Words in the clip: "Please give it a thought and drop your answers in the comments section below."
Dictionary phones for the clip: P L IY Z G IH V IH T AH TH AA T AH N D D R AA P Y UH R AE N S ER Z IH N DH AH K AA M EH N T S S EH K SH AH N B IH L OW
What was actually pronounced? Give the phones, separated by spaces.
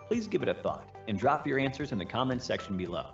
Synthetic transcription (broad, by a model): P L IY Z G IH V IH T AH TH AA T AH N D D R AA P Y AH R AE N S ER Z IH N DH AH K AA M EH N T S S EH K SH N B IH L OW